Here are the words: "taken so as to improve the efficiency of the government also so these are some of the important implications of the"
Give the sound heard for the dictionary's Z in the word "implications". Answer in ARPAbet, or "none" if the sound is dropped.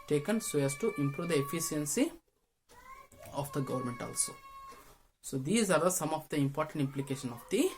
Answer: none